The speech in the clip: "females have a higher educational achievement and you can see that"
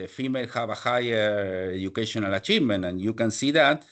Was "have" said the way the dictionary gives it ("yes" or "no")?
no